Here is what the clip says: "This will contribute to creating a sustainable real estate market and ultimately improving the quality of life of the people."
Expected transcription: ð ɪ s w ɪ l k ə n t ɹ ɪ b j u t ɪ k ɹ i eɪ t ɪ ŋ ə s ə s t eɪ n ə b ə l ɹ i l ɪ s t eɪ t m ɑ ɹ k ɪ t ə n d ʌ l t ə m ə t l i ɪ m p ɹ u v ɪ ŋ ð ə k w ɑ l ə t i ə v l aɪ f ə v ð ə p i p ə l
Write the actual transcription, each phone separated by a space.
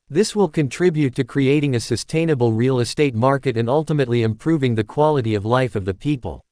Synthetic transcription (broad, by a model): ð ɪ s w ɪ l k ə n t ɹ ɪ b j u t ɪ k ɹ i eɪ t ɪ ŋ ə s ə s t eɪ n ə b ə l ɹ i l ɪ s t eɪ t m ɑ ɹ k ɪ t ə n ʌ l t ə m ə t l i ɪ m p ɹ u v ɪ ŋ ð ə k w ɑ l ə t i ə v l aɪ f ə v ð ə p i p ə l